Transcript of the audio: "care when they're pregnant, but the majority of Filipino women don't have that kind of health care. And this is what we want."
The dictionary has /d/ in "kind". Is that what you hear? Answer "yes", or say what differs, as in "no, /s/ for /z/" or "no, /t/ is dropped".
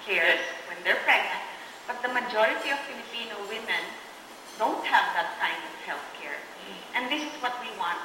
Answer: yes